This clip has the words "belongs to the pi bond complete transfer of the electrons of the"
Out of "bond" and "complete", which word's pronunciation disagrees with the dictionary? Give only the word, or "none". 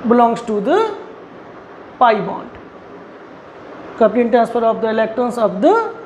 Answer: complete